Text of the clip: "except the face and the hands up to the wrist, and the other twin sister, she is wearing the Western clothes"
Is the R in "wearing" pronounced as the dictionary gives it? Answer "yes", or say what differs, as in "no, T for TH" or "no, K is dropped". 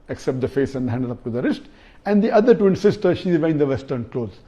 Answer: no, R is dropped